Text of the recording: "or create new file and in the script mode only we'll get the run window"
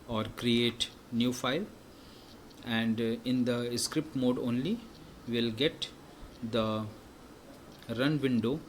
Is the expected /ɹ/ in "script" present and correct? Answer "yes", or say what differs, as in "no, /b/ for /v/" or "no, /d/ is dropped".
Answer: yes